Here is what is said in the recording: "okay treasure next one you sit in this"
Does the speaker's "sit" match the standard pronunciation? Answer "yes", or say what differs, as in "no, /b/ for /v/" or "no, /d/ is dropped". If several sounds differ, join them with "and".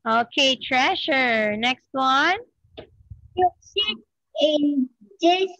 no, /t/ is dropped